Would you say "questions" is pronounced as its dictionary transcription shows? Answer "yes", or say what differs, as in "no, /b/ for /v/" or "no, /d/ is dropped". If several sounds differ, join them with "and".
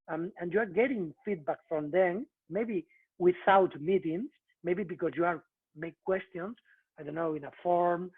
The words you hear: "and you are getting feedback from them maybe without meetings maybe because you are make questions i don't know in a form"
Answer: no, /s/ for /z/